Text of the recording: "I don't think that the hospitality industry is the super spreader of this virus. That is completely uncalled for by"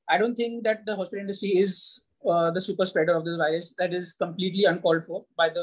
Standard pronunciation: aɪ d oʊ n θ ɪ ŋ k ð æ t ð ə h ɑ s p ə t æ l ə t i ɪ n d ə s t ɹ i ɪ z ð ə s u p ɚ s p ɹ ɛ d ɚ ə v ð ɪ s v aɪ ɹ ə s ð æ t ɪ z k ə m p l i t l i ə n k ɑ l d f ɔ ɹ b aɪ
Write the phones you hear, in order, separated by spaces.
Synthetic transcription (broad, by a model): aɪ d oʊ n t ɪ ŋ k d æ t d ə h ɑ s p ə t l ɪ n d ə s t ɹ i ɪ z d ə s u p ɚ s p ɹ ɛ d ɚ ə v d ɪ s v aɪ ɹ ə s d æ t ɪ z k ə m p l i t l i ə n k ɑ l d f ɔ ɹ b aɪ